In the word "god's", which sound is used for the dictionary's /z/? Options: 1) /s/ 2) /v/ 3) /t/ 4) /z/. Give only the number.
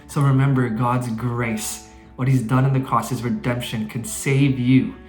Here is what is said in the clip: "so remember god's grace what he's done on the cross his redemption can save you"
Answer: 4